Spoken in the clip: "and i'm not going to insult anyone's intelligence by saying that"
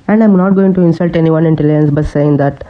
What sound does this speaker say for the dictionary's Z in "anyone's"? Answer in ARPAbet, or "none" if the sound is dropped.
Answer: none